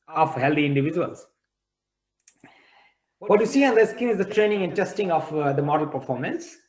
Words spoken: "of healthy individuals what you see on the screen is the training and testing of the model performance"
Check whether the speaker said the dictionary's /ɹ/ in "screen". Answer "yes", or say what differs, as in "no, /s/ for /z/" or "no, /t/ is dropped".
no, /ɹ/ is dropped